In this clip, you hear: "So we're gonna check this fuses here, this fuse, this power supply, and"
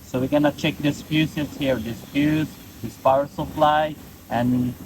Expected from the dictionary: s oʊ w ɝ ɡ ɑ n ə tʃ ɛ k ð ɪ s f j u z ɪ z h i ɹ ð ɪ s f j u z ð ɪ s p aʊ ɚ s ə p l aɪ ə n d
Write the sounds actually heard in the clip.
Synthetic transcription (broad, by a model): s oʊ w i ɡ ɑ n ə tʃ ɛ k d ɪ s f j u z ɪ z h i ɹ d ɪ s p j u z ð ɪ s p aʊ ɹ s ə f l aɪ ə n